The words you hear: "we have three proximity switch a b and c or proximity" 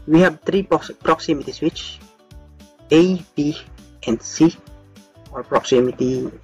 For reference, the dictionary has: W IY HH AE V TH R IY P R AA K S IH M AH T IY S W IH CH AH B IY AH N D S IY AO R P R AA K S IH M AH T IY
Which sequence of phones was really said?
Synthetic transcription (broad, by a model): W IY HH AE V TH R IY P R AA K S IH M AH T IY S W IH CH AH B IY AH N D S IY AO R P R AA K S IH M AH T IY